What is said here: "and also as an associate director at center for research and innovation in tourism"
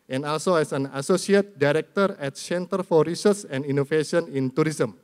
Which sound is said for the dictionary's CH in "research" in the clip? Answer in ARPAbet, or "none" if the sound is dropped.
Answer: S